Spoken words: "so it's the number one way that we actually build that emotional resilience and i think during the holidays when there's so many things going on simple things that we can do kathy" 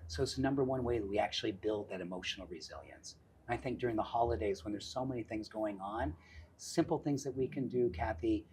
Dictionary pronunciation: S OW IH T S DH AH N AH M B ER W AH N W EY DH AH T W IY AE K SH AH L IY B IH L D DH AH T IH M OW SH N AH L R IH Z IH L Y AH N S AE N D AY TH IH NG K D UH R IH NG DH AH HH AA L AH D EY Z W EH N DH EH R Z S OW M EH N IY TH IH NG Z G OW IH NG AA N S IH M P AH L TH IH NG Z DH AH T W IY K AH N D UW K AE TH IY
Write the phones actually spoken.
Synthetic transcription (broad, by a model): S OW IH T S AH N AH M B ER W AH N W EY DH AH T W IY AE K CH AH L IY B IH L D DH AH T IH M OW SH N L R IH Z IH L Y AH N S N AY TH IH NG K D UH R IH NG DH AH HH AA L AH D EY Z W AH N DH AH R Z S OW M EH N IY TH IH NG Z G OW IH NG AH N S IH M P L TH IH NG Z DH AH T W IY K AH N D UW K AE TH IY